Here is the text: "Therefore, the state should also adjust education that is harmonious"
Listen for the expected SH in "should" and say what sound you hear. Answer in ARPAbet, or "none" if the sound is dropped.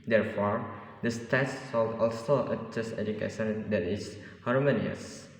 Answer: S